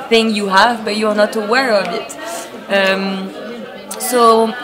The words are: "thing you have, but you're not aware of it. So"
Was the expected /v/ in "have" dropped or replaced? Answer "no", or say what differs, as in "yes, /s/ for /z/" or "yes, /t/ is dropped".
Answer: no